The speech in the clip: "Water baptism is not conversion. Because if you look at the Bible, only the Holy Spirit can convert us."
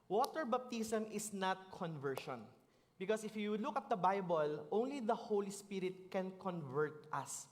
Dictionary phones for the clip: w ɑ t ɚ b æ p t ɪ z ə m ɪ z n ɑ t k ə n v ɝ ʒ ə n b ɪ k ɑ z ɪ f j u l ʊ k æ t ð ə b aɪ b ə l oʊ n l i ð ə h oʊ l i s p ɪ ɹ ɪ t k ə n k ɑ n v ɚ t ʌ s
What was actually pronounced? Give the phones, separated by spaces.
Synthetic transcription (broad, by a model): w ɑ t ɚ b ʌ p t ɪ s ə m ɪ s n ɑ t k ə n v ɝ ʃ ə n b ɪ k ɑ s ɪ f j u l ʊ k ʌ t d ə b aɪ b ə l oʊ n l i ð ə h oʊ l i s p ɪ ɹ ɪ t k ə n k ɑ n v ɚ t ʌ s